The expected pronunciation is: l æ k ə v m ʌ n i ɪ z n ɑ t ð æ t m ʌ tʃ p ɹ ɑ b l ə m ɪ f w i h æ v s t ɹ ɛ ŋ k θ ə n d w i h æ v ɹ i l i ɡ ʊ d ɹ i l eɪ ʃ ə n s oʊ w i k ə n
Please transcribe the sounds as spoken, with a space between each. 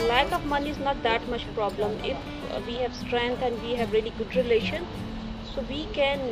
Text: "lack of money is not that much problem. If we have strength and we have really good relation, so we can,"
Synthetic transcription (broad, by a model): l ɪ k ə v m ʌ n i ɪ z n ɑ t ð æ t m ʌ tʃ p ɹ ɑ b l ə m ɪ f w i h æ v s t ɹ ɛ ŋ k t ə n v i h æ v ɹ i l i ɡ ʊ d ɹ i l eɪ ʃ ə n s oʊ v i k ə n